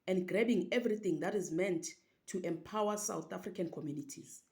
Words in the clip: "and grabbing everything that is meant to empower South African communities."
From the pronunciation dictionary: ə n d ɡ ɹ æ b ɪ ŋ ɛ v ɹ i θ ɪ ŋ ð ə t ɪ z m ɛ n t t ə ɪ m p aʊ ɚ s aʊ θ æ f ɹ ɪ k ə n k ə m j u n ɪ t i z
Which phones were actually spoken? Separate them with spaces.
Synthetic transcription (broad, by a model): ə n d ɡ ɹ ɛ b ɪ ŋ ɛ v ɹ i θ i ŋ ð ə t ɪ z m ɛ n t t ə m p aʊ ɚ s aʊ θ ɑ f ɹ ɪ k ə n k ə m j u n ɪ t i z